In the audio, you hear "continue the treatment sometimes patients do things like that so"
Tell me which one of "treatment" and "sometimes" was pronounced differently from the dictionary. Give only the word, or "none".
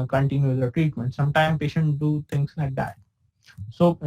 sometimes